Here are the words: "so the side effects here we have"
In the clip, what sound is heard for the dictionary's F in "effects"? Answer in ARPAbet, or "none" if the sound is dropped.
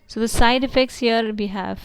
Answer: F